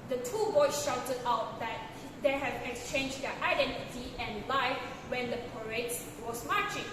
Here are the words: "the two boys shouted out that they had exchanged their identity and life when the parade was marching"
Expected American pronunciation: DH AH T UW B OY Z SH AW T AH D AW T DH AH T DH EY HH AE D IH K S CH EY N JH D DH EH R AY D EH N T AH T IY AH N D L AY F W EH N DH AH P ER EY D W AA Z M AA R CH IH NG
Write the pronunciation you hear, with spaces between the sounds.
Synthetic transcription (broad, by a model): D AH T UW B OY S SH AW T AH D AW T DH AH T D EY HH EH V IH K S CH EY N JH D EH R AY D EH N T AH T IY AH N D L AY F W EH N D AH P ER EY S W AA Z M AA CH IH NG